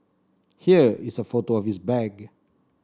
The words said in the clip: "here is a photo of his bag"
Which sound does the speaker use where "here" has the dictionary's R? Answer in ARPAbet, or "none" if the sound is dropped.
R